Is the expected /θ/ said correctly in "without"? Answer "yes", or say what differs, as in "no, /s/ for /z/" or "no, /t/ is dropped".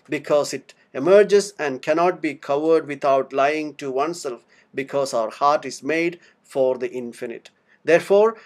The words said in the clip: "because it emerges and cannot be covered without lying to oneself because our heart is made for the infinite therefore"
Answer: no, /t/ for /θ/